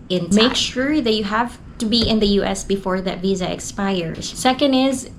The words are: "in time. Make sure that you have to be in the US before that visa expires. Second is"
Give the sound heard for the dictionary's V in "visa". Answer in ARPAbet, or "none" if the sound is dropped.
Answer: V